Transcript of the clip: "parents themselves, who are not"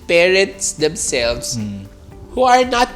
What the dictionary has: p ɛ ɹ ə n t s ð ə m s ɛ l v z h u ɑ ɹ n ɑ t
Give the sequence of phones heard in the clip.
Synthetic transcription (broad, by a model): p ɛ ɹ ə n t s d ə m s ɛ l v s h u ɑ ɹ n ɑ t